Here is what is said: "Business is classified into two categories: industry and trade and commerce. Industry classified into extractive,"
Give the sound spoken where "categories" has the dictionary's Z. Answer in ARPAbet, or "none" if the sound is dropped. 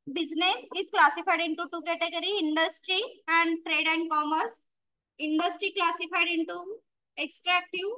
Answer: none